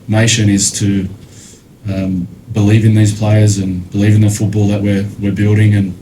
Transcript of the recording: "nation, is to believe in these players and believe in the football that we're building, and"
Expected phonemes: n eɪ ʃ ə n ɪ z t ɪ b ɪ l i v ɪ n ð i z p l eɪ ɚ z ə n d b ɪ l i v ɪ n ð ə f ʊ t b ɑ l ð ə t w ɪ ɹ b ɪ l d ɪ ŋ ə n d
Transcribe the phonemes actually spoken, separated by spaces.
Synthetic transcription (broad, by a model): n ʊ ʃ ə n ɪ z t ɪ b ɪ l i v ɪ n ð i z p l eɪ ɚ z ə n b ɪ l i v ɪ n ð ə f ʊ t b ɑ l ð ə t w ɪ ɹ b ɪ l d ɪ ŋ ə n